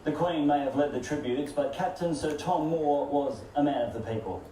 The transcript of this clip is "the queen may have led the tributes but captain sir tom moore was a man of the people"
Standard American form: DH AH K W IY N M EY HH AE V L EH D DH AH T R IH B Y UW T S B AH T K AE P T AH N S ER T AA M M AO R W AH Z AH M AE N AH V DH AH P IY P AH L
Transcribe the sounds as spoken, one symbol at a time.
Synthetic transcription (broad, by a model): DH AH K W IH N M EY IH V L EH D DH AH T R IH B Y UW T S B AH T K AE P T AH N S ER T AA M M AO R W AH Z AH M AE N AH V DH AH P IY P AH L